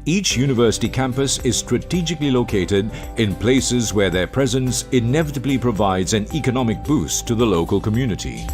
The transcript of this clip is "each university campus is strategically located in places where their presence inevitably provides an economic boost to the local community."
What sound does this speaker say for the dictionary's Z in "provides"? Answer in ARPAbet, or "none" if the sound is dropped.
Z